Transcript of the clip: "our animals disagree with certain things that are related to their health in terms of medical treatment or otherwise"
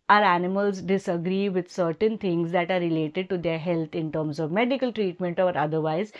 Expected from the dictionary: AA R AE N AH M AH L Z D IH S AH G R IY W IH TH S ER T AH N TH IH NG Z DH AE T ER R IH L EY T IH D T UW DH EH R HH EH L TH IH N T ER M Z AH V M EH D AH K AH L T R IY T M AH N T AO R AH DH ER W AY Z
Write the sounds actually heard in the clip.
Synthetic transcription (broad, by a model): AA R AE N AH M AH L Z D IH S AH G R IY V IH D S ER T AH N T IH NG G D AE T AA R IH L EY T IH D T UW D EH R HH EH L T IH N T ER M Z AH V M EH D AH K AH L T R IY T M AH N T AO R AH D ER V AY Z